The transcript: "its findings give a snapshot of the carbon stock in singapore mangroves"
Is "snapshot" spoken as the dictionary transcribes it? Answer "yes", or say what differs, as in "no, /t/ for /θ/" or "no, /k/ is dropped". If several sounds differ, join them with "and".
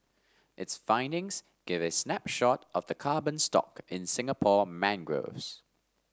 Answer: yes